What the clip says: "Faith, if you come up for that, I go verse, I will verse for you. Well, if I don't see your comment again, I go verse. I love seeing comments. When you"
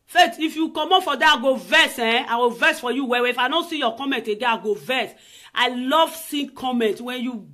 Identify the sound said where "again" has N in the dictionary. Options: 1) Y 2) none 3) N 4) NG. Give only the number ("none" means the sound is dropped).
2